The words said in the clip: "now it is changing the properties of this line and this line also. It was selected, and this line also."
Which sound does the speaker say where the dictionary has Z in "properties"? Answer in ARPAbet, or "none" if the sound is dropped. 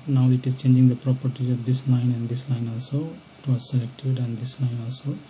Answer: none